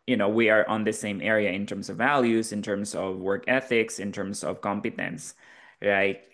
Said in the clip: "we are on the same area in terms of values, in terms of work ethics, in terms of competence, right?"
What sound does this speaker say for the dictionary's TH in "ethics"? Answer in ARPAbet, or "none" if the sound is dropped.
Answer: TH